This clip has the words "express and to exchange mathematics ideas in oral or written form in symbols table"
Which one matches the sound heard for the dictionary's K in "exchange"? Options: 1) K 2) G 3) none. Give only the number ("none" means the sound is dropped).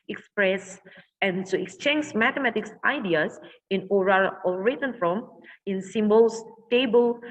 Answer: 1